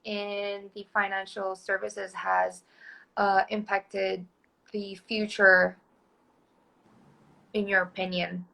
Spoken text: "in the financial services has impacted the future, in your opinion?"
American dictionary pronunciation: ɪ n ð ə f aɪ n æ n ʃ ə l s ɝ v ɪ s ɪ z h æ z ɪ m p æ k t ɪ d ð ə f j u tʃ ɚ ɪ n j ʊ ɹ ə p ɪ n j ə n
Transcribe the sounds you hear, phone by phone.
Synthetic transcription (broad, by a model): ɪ n ð ə f aɪ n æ n ʃ l s ɝ v ɪ s ɪ z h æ z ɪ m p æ k t ɪ d ð ə f j u tʃ ɚ ɪ n j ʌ ɹ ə p ɪ n j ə n